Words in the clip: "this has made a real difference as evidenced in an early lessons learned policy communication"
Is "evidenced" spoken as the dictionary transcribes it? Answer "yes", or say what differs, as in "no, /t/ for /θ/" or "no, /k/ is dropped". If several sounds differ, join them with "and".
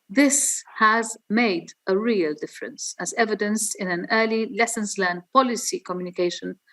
no, /t/ is dropped